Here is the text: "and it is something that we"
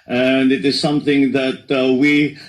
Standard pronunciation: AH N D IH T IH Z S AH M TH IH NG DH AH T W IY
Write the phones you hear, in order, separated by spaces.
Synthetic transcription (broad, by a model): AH N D IH T IH Z S AH M TH IH NG DH AH T W IY